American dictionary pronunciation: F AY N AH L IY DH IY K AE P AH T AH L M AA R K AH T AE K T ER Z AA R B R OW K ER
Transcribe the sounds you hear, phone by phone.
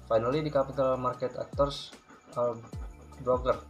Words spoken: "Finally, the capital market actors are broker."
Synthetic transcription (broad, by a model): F AY N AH L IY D IY K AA P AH T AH L M AA R K AH T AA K T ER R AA L B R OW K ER